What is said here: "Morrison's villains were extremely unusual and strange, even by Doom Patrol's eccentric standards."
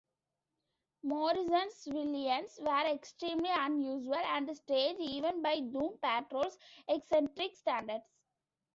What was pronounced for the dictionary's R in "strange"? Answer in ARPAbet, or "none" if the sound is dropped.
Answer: none